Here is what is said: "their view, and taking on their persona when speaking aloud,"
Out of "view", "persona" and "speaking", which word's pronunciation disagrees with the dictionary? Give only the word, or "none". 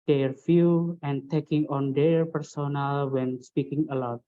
view